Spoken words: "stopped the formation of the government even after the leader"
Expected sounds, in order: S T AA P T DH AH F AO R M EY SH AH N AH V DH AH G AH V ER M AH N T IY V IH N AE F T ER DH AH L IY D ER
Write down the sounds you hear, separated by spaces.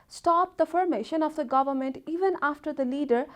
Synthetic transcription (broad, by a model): S T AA P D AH F AO R M EY SH AH N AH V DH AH G AH V ER M AH N T IY V IH N AE F T ER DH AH L IY D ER